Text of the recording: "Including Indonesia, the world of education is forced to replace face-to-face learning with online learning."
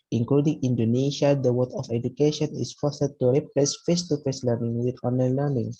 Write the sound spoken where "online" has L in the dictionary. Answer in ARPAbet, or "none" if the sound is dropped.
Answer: none